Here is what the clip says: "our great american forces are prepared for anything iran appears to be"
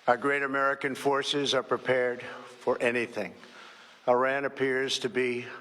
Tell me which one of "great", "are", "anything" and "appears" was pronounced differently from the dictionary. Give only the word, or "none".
none